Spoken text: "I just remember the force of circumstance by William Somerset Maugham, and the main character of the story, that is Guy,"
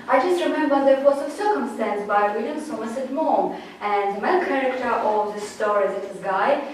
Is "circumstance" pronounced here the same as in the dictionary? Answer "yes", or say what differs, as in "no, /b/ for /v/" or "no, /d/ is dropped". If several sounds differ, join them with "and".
yes